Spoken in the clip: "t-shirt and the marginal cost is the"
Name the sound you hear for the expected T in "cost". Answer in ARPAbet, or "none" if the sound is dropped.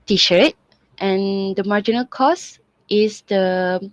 T